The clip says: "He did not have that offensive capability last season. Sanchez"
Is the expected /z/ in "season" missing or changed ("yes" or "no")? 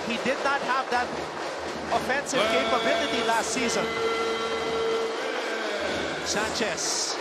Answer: no